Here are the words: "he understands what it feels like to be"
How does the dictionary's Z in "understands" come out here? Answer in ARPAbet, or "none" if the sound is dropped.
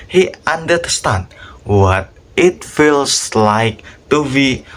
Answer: none